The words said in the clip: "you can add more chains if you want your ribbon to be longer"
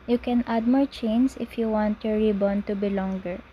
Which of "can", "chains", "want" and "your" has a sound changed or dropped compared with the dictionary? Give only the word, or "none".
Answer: chains